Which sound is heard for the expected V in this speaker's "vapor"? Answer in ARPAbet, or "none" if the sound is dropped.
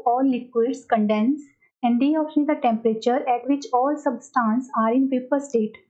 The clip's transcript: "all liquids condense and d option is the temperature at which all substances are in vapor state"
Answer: P